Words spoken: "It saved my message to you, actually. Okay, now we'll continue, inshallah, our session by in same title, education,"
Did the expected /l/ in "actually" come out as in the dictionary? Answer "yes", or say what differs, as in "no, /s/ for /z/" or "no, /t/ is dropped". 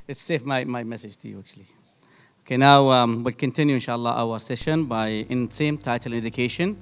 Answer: yes